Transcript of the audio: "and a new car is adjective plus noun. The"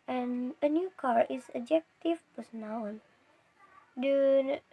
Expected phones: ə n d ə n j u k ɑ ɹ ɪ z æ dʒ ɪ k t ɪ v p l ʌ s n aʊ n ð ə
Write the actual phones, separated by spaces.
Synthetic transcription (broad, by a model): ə n ə n j u k ɑ ɹ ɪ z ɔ dʒ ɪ k t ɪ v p ʌ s n aʊ n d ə